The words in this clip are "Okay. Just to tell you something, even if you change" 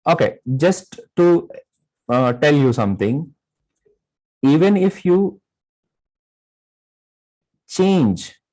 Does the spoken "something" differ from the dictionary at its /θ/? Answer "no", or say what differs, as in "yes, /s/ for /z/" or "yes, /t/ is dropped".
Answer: yes, /t/ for /θ/